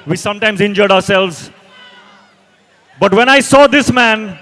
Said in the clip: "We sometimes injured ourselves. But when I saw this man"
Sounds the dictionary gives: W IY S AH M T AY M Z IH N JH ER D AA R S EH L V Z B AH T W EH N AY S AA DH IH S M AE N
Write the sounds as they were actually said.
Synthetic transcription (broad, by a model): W IY S AH M T AY M Z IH N JH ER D AA R S EH L V Z B AH T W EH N AY S AA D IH S M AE N